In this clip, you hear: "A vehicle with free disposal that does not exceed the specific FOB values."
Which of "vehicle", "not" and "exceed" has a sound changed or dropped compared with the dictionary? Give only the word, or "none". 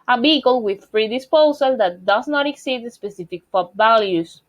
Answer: vehicle